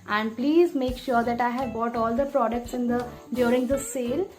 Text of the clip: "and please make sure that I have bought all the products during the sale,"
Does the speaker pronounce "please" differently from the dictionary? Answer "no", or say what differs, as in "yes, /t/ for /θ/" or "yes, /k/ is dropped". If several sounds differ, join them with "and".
no